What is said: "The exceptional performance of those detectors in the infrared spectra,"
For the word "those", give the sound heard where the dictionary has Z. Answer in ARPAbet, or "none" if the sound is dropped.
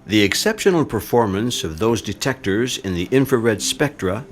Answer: Z